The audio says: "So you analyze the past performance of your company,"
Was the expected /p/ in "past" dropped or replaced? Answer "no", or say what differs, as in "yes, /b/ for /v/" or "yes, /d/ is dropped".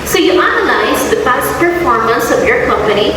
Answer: yes, /b/ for /p/